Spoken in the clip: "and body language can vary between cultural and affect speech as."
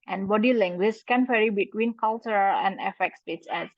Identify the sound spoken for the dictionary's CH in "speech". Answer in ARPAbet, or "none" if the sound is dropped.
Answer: S